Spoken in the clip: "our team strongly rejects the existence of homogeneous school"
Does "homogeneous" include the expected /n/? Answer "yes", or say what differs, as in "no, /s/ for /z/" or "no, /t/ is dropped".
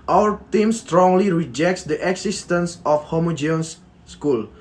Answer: no, /n/ is dropped